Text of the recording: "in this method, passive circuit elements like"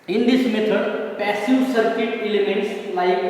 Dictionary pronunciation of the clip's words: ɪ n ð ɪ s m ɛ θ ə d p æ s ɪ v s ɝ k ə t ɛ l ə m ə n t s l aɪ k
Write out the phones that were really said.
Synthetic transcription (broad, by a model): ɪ n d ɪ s m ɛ t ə d p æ s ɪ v s ɝ k ə t ɛ l ə m ə n t s l aɪ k